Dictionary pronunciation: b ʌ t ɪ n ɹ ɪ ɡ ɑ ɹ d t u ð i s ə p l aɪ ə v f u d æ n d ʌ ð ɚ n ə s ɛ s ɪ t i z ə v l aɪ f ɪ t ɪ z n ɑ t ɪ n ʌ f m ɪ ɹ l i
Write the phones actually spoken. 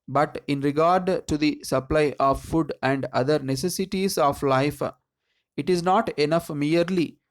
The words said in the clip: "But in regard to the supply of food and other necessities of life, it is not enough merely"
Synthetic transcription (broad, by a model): b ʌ t ɪ n ɹ ɪ ɡ ɑ ɹ d t u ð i s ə p l aɪ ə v f u d æ n d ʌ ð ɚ n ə s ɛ s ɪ t i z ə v l aɪ f ɪ t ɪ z n ɑ t ɪ n ʌ f m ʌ ɹ l i